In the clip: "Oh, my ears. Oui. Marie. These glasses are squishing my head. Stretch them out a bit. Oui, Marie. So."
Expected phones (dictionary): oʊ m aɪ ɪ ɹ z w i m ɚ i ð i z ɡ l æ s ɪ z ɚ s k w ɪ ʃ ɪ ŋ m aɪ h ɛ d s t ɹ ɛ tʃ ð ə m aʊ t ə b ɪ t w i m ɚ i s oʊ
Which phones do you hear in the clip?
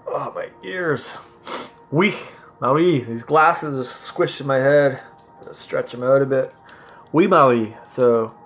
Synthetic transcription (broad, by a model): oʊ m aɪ ɪ ɹ z w i m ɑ i ð i z ɡ l æ s ɪ z ɚ s k w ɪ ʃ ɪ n m aɪ h ɛ d s t ɹ ɛ tʃ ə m aʊ t ə b ɪ t w i m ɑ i s oʊ